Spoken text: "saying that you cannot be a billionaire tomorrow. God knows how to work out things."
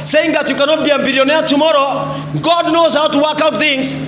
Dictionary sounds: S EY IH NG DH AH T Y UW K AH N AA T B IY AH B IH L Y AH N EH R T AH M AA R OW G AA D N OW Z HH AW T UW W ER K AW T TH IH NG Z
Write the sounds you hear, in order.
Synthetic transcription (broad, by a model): S EY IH NG DH AH T Y UW K AH N AA T B IY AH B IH L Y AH N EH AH T AH M AA R OW G AA D N OW Z HH AW T UW W ER K AW T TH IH NG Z